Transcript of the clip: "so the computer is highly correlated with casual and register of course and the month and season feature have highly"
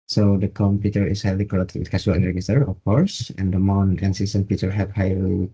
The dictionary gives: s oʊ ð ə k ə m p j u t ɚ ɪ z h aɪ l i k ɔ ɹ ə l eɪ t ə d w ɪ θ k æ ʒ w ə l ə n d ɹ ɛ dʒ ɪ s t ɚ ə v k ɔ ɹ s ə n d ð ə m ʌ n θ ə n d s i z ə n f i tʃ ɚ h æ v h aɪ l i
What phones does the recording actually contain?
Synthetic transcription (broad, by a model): s oʊ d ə k ə m p j u t ɚ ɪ s h aɪ l i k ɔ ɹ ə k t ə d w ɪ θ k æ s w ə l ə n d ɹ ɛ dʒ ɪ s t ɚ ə f k ɔ ɹ s ə n d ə m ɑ n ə n s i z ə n p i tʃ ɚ h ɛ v h aɪ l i